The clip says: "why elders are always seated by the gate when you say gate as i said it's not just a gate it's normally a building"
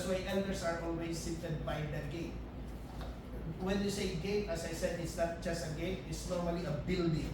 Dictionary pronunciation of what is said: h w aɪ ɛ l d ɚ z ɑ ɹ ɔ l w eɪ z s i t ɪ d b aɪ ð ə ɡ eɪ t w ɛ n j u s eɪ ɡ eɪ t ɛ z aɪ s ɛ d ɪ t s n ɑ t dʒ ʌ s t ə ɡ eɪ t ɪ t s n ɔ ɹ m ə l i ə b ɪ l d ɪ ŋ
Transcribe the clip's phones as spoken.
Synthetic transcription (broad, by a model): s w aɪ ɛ n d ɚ s ɑ ɹ ɔ l w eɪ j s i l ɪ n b aɪ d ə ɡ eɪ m w ɛ n j u s eɪ ɡ eɪ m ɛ s aɪ s ɛ d ɪ t s n ɑ t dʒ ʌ s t ə ɡ eɪ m ɪ t s n ɔ ɹ m ə l i ə b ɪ l d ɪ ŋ